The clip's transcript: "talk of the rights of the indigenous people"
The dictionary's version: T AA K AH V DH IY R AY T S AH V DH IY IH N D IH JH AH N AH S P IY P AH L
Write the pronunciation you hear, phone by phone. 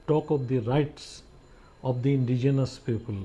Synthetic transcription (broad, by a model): T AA K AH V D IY R AY T S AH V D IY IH N D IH JH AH N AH S P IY P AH L